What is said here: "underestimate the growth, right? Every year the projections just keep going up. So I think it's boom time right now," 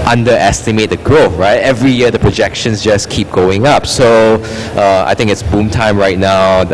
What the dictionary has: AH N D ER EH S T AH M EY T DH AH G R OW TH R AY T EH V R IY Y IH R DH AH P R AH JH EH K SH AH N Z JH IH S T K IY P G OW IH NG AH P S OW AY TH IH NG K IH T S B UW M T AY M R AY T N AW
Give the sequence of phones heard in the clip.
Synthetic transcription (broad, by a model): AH N D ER EH S T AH M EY T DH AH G R OW F R AY T EH V R IY Y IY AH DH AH P R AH JH EH K SH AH N S JH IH S K IY P G OW IH NG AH P S OW AY T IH NG K IH T S B UW M T AY M R AY T N AW